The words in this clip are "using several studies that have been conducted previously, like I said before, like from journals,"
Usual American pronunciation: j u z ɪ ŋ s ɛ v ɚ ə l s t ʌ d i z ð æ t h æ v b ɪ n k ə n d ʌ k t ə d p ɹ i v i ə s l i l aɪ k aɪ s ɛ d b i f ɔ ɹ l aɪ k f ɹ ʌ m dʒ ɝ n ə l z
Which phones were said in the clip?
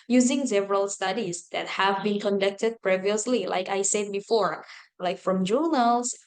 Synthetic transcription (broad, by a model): j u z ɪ ŋ s ɛ v ɚ ə l s t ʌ d i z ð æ t h æ v b ɪ n k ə n d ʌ k t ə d p ɹ i v i ə s l i l aɪ k aɪ s ɛ d b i f ɔ ɹ l aɪ k f ɹ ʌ m dʒ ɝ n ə l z